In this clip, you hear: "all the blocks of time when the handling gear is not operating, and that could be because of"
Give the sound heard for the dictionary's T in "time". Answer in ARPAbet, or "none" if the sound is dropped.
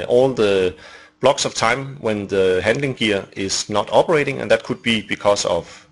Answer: T